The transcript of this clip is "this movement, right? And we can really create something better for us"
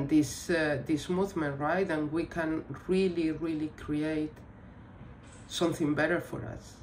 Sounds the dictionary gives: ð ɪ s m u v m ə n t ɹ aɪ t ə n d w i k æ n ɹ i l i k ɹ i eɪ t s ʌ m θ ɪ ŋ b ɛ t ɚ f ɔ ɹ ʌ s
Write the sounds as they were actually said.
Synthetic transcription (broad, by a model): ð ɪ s m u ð m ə n ɹ aɪ t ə n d w i k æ n ɹ i l i k ɹ i eɪ t s ʌ m θ ɪ ŋ b ɛ t ɚ f ɔ ɹ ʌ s